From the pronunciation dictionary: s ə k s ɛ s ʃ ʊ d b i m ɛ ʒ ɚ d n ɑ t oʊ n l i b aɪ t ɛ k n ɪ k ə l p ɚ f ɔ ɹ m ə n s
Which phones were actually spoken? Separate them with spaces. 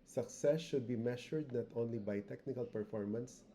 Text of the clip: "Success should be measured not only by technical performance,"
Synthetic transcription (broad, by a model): s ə k s ɛ s ʃ ʊ d b i m ɛ ʃ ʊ d n ɑ t oʊ n l i b aɪ t ɛ k n ɪ k ə l p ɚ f ɔ ɹ m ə n s